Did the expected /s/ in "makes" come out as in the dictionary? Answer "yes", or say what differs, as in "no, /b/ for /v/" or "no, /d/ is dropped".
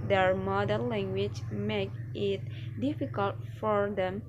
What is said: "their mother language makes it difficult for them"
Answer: no, /s/ is dropped